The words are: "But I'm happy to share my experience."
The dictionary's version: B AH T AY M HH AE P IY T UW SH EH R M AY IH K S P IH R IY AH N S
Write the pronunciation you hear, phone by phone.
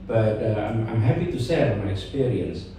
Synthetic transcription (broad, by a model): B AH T AY M HH AE P IY T UW S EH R M AY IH K S P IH R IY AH N S